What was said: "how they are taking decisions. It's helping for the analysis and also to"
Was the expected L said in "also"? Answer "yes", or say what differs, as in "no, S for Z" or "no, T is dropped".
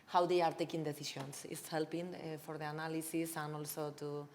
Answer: yes